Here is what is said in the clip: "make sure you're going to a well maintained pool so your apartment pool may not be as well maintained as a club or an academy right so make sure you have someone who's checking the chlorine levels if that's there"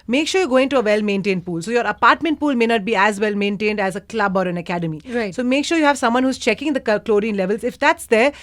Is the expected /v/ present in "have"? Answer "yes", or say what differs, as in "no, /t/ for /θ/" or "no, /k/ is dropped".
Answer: yes